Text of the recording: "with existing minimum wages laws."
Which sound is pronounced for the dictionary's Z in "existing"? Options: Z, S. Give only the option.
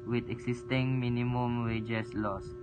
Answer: S